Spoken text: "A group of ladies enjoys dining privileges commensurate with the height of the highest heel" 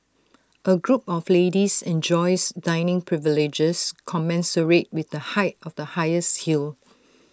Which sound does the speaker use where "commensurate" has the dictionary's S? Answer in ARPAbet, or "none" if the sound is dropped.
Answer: S